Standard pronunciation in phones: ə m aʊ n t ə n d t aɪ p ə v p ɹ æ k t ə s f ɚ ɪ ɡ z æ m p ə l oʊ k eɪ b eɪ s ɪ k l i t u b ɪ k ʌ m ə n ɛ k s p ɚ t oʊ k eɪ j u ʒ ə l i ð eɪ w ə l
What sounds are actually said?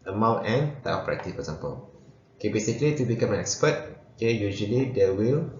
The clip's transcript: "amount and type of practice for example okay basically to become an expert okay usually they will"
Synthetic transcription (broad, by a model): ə m aʊ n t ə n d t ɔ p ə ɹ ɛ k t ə f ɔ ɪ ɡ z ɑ m p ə l oʊ k eɪ b eɪ s ɪ k l i t u b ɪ k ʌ m ə n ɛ k s p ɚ t oʊ k eɪ j u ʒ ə l i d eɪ w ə l